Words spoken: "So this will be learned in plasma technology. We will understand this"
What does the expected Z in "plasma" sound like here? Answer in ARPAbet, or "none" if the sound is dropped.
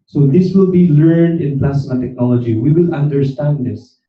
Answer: S